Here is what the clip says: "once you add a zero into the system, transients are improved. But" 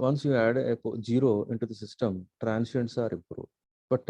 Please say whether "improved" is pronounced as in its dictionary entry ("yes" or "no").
no